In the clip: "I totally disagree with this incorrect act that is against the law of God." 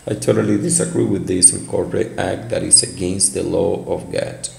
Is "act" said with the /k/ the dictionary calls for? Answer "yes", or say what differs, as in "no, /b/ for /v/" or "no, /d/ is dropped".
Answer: yes